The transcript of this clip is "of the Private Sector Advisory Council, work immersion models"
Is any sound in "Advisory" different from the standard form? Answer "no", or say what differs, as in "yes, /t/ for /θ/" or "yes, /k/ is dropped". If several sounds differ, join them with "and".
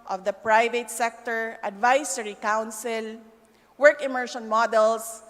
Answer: yes, /s/ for /z/